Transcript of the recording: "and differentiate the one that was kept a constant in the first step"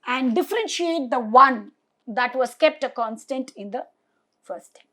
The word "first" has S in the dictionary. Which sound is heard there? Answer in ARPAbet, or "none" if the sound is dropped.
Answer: none